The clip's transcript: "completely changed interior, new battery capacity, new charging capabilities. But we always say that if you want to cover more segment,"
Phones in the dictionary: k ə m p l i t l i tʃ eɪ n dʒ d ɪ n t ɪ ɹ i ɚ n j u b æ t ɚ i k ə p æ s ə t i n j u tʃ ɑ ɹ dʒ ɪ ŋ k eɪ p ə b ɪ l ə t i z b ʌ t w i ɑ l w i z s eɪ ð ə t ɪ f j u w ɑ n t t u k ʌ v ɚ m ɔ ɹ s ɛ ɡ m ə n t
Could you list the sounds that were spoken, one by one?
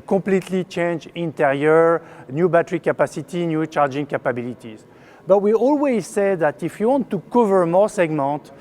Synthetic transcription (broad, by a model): k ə p l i t l i tʃ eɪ n dʒ ɪ n t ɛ ɹ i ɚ n j u b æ t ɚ i k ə p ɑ s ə t i n j u tʃ ɑ ɹ dʒ ɪ ŋ k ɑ p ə b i l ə t i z b ʌ t w i ɑ l w i z s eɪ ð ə t ɪ f j u w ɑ n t t u k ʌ v ɚ m ɔ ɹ s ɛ ɡ m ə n t